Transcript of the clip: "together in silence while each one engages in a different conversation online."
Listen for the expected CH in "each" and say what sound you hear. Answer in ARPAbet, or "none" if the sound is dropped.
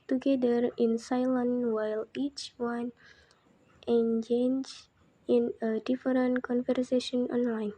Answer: CH